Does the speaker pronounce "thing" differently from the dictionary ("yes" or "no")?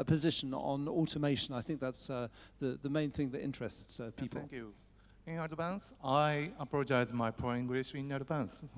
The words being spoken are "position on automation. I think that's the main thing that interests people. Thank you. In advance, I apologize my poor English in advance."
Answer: no